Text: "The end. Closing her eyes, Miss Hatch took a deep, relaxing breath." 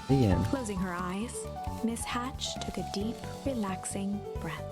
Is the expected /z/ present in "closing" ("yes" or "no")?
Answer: yes